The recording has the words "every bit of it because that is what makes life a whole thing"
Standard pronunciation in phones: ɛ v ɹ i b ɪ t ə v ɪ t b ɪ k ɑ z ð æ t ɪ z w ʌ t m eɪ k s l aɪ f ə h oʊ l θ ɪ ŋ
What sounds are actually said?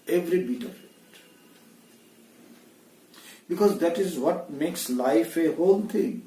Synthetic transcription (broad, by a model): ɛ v ɹ i b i t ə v ɪ t b ɪ k ɑ z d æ t ɪ z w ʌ t m eɪ k s l aɪ f ə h oʊ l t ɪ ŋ